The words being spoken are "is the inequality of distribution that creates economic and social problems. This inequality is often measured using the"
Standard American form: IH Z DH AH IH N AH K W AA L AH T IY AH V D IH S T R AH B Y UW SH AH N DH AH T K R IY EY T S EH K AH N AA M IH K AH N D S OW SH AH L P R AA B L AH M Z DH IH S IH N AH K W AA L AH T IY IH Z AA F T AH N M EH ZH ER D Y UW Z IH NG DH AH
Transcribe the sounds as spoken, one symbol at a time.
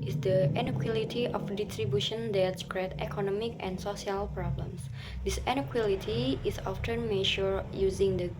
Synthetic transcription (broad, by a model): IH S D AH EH N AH K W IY L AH T IY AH F D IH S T R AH B Y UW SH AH N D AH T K R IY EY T EH K AH N AA M IH K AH N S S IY AH L P R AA B L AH M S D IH S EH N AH K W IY L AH T IY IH S AA F T AH N M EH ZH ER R Y UW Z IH NG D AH